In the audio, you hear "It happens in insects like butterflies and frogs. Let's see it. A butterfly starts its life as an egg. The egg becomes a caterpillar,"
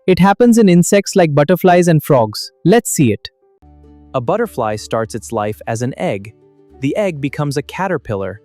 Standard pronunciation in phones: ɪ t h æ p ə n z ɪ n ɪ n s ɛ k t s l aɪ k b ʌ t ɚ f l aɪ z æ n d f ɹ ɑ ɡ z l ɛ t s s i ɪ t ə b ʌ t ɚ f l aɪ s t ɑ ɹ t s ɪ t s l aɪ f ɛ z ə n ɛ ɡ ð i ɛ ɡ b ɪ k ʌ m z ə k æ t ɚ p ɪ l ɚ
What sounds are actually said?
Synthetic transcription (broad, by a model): ɪ t h æ p ə n z ɪ n ɪ n s ɛ k t s l aɪ k b ʌ t ɚ f l aɪ z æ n d f ɹ ɑ ɡ z l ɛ t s s i ɪ t ə b ʌ t ɚ f l aɪ s t ɑ ɹ t s ɪ t s l aɪ f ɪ z ə n ɛ ɡ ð i ɛ ɡ b ɪ k ʌ m z ə k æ t ɚ p ɪ l ɚ